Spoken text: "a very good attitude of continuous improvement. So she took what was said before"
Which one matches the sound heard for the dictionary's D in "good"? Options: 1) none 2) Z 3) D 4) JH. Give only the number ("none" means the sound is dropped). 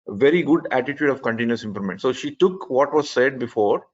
3